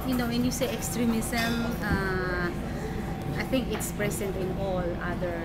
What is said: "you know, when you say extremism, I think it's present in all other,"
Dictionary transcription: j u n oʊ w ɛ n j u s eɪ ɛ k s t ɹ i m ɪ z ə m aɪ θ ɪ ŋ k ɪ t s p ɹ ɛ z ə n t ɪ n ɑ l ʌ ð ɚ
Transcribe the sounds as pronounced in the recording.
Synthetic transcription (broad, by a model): j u n oʊ w ɛ n j u s eɪ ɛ k s t ɹ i m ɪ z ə m aɪ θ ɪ ŋ k ɪ t s p ɹ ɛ s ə n t ɪ n ɑ l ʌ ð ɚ